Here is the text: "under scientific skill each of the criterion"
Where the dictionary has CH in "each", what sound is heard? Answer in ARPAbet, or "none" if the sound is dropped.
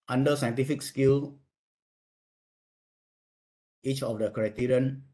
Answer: CH